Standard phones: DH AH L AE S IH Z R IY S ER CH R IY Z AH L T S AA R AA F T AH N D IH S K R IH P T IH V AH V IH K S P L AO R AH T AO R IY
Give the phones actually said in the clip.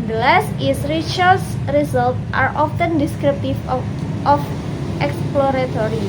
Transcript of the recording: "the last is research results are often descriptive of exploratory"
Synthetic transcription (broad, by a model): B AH L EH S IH S R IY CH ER S R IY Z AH L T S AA R AA F T AH N D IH S K R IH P T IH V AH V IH K S P L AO R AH T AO R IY